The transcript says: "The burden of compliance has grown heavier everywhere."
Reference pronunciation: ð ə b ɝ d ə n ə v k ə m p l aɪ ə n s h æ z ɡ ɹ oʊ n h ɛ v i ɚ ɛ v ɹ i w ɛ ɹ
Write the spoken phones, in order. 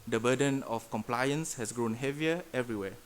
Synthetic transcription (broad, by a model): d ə b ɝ d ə n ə f k ə m p l aɪ ə n s h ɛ s ɡ ɹ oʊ n h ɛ v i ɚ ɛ v ɹ i w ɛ